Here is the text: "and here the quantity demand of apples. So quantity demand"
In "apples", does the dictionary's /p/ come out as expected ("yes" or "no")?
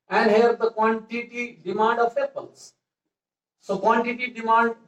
no